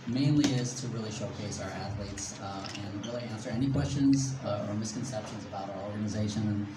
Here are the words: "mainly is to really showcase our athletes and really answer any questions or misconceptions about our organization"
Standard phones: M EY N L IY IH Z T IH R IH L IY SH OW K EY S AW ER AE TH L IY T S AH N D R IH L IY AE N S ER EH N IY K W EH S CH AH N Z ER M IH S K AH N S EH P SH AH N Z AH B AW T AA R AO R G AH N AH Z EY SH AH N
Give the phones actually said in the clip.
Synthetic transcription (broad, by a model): M EY N L IY IH Z T IH R IH L IY SH OW K EY S AW ER AE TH L IY T S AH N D R IH L IY AE N S ER EH N IY K W EH S CH AH N Z ER M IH S K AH N S EH P SH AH N Z AH B AW T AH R AO R G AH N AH Z EY SH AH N